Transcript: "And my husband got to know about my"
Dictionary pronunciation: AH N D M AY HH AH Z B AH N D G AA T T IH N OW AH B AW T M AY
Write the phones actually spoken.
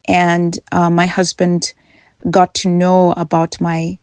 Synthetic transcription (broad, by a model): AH N M AY HH AH Z B AH N D G AA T T IH N OW AH B AW T M AY